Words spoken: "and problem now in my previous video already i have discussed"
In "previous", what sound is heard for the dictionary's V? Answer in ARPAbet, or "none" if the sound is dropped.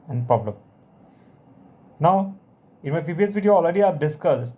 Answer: P